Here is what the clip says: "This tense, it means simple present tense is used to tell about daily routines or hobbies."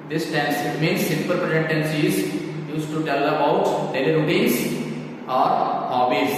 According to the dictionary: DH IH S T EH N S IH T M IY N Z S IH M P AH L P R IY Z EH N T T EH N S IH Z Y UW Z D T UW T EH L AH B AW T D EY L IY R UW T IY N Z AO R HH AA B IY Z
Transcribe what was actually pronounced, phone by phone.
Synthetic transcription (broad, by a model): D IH S T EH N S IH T M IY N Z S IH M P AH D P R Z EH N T T EH N S IH Z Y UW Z T UW T EH L AH B AW T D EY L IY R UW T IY Z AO R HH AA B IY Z